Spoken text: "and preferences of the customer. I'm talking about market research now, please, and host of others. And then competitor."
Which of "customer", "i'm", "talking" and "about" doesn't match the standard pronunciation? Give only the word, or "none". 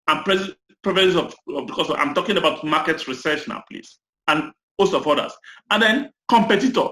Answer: customer